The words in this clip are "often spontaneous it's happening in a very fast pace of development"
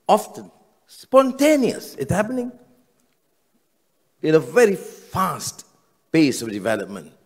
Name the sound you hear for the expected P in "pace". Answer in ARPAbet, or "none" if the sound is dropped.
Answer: B